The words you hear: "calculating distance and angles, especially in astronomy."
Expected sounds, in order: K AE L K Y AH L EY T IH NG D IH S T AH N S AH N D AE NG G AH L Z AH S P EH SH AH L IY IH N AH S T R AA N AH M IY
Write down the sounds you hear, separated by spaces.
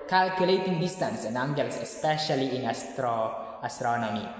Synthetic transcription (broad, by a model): K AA L K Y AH L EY T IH NG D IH S T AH N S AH N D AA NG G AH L S AH S P EH SH AH L IY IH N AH S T R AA N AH M IY